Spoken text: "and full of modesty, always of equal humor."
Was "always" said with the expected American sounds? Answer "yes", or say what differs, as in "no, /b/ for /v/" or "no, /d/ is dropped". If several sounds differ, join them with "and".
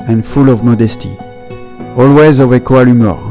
yes